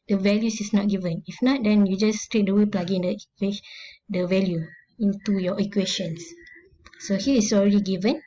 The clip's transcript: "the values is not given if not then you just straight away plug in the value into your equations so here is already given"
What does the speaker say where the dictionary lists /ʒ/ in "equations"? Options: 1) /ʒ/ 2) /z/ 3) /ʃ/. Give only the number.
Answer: 3